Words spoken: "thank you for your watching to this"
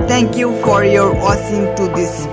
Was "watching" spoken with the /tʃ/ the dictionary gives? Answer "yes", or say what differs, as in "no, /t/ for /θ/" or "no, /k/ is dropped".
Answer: no, /s/ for /tʃ/